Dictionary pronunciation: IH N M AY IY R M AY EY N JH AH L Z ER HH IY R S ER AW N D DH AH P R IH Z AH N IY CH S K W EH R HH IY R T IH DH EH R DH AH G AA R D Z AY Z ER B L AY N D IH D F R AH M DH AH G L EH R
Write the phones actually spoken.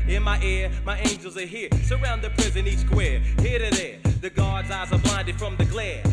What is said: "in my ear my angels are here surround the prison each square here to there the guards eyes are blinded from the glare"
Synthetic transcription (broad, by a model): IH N M AY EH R M AY EY N JH AH L Z ER HH IY R S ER AW N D DH AH P R IH Z AH N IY S K W EH R HH IY R T IH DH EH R DH AH G AA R D Z AY Z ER B L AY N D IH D F R AH M DH AH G L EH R